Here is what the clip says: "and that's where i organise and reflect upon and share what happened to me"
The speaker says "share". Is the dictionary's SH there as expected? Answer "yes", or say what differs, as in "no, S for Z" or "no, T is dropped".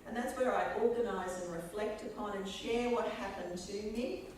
yes